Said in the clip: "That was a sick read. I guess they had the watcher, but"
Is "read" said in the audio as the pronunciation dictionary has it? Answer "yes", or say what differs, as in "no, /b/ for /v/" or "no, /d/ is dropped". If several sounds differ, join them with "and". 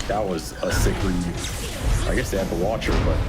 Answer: no, /l/ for /ɹ/ and /d/ is dropped